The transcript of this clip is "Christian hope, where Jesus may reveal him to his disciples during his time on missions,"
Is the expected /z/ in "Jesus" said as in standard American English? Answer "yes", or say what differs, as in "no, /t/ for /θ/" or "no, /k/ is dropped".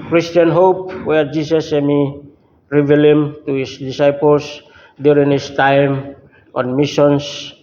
no, /s/ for /z/